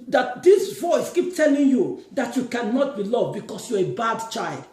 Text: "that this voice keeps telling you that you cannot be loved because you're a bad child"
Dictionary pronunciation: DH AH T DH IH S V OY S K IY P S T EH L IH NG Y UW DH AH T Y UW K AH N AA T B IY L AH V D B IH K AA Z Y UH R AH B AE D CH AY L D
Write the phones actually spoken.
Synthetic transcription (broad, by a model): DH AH T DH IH S V OY S K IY P T EH L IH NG Y UW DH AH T Y UW K AH N AA T B IY L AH V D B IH K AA S Y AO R AH B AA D CH AY L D